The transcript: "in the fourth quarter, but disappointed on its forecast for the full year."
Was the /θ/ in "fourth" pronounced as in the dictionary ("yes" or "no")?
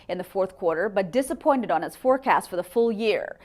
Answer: yes